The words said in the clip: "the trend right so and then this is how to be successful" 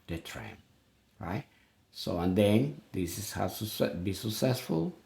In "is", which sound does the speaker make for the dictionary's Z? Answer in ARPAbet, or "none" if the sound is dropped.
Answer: S